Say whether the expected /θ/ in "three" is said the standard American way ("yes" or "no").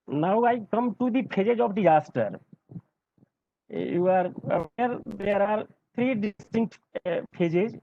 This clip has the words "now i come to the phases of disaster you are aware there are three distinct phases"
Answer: no